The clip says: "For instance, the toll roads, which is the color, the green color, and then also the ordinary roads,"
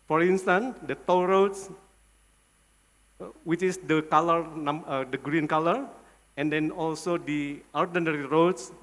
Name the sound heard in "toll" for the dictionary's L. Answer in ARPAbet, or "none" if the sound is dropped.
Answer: W